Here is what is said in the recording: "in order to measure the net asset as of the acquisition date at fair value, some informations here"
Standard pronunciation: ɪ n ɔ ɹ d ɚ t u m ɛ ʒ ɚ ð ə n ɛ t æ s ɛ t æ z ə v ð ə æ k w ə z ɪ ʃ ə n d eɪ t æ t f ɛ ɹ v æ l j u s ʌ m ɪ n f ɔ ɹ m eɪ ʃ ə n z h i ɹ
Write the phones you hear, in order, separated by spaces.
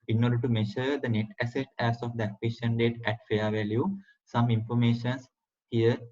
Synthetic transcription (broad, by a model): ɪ n ɔ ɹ d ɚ t u m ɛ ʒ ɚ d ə n ɛ t æ s ɛ t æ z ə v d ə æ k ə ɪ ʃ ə n d eɪ t æ t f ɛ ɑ v æ l j u s ʌ m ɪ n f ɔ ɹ m eɪ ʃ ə n s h i ɹ